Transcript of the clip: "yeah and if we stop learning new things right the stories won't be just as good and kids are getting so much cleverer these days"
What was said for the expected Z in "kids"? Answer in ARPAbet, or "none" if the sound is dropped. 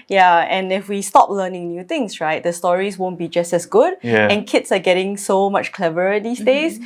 S